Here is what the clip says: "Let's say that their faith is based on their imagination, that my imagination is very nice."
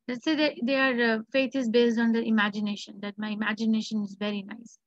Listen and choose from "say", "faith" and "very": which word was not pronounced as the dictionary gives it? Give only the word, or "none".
faith